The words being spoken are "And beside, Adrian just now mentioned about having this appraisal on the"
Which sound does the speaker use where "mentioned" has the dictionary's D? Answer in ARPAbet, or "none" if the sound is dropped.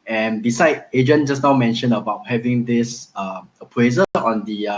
none